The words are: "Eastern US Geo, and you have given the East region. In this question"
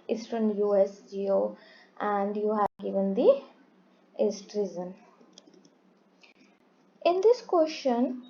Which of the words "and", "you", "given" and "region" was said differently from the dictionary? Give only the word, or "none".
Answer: region